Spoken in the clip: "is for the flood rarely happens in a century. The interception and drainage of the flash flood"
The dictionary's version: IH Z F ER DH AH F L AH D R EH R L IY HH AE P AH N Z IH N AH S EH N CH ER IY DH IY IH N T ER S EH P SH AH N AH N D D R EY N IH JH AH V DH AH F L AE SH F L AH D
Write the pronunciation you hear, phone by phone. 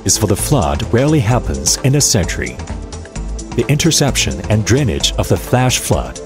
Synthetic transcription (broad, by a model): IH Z F ER DH AH F L AH D R EH R L IY HH AE P AH N Z IH N AH S EH N CH ER IY DH IY IH N T ER S EH P SH AH N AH N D D R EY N IH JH AH V DH AH F L AE SH F L AH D